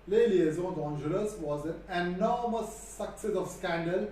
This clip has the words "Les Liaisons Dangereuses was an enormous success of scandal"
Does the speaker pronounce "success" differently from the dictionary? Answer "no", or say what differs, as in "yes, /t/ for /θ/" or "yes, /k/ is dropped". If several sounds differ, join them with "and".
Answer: no